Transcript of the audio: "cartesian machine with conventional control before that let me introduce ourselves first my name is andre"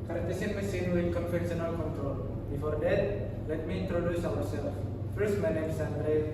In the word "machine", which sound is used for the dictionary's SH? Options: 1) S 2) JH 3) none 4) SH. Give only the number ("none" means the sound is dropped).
1